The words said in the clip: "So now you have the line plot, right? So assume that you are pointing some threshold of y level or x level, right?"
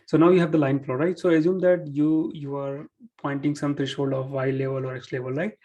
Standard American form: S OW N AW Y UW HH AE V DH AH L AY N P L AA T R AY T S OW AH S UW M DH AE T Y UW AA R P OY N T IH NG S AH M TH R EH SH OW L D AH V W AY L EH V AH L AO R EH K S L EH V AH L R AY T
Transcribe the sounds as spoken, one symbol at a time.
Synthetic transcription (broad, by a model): S OW N AW Y UW HH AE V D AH L AY N F L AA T R AY T S OW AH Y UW M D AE T Y UW AA R P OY N T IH NG S AH M T R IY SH OW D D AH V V AY L EH V AH L AO R EH K S L EH V AH L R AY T